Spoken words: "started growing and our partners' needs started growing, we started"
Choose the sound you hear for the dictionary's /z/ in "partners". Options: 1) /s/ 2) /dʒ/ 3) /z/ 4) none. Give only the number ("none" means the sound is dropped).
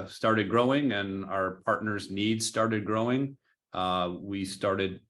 3